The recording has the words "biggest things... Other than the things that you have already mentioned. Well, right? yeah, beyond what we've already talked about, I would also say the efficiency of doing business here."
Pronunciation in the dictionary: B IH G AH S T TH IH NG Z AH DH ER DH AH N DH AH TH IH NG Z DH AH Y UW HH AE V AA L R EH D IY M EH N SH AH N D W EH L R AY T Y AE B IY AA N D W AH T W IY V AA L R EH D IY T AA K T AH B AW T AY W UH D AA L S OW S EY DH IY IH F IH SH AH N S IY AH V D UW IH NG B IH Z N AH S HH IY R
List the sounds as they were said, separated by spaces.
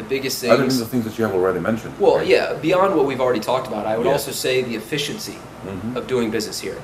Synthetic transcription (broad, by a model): B IH G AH S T TH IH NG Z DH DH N DH AH TH IH NG Z DH AH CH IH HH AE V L R EH D IY M EH N SH AH N D W EH L Y AE B IY AA N D W AH T W IY V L R EH D IY T AA K T AH B AW T AY W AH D AA L S OW S EY DH IY IH F IH SH AH N S IY AH V D UW IH NG B IH Z N AH S HH IY R